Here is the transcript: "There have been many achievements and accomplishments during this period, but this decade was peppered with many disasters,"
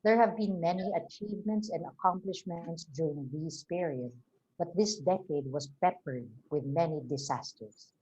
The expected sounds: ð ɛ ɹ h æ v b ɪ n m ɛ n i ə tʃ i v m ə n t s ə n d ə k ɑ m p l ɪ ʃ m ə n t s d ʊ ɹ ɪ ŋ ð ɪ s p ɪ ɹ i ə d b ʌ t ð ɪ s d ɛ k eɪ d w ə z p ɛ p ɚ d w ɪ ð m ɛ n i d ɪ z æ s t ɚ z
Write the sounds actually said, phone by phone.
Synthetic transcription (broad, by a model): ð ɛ ɹ h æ v b ɪ n m ɛ n i ə tʃ i v m ə n t s ə n d ə k ɑ m p l ɪ ʃ m ə n t s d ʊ ɹ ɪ ŋ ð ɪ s p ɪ ɹ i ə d b ʌ t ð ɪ s d ɛ k eɪ d w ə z p ɛ p ɚ d w ɪ ð m ɛ n i d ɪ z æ s t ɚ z